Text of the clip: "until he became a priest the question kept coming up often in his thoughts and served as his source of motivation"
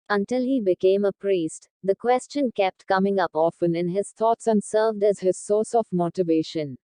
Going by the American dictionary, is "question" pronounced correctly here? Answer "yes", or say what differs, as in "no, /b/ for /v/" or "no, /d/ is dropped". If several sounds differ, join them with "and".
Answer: yes